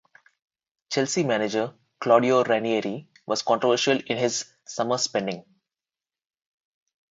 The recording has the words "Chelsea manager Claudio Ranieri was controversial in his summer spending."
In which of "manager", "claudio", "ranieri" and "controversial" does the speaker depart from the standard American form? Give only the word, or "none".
none